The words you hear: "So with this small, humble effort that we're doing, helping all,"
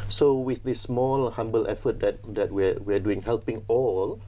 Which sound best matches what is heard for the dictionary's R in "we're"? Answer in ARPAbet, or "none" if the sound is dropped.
W